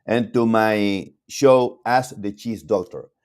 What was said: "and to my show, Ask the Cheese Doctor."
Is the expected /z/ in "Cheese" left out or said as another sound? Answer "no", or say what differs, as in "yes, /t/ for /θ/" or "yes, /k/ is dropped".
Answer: yes, /s/ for /z/